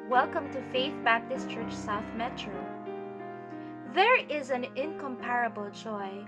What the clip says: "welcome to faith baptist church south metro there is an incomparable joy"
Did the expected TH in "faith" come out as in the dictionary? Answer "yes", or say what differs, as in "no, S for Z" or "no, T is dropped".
yes